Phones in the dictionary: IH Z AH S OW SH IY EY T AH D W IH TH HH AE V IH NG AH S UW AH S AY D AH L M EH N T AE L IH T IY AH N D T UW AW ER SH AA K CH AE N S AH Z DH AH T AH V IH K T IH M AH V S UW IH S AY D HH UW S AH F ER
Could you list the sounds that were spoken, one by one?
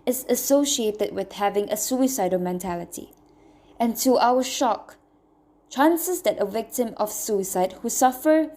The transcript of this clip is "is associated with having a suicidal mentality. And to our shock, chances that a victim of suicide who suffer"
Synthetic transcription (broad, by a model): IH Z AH S OW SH IY EY T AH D W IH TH HH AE V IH NG AH S UW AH S AY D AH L M EH N T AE L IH T IY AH N T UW AW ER SH AA K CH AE N S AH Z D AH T AH V IH K T IH M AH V S UW IH S AY D HH UW S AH F ER